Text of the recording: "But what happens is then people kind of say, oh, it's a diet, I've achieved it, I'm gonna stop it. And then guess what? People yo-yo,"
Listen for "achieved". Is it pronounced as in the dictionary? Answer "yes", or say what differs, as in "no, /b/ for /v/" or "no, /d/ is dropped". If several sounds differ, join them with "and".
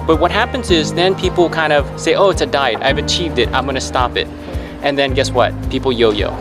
yes